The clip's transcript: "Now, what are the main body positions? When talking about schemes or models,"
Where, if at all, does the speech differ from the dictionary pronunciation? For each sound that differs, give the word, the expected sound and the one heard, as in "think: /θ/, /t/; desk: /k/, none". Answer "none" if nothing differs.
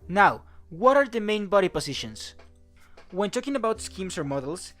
positions: /z/, /s/; positions: /z/, /s/; schemes: /z/, /s/